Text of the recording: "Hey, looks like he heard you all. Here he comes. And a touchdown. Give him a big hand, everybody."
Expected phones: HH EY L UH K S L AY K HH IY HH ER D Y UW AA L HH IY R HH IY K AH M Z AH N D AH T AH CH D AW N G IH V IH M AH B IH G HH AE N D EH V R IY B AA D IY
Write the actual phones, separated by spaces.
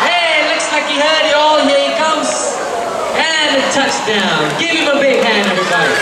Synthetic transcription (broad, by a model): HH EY L UH K S L AY K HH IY HH ER D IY AA L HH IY K AH M Z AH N AH T AH CH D AW N G IH V IH M AH B IH G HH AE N EH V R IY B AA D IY